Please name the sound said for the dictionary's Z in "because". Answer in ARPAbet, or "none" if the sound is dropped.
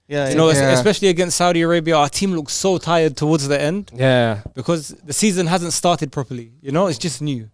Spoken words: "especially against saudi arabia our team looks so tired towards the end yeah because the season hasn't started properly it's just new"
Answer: Z